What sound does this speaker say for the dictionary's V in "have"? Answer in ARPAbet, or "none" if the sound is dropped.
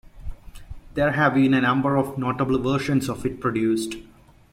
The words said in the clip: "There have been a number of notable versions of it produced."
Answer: V